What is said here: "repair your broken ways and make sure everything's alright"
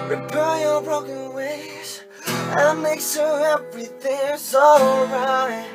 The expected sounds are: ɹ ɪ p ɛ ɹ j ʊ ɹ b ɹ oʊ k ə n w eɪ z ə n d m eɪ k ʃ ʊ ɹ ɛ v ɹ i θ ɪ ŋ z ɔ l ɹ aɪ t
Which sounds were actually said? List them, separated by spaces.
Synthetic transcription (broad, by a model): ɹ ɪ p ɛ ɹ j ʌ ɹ b ɹ oʊ k ə n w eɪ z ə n m eɪ k s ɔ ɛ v ɹ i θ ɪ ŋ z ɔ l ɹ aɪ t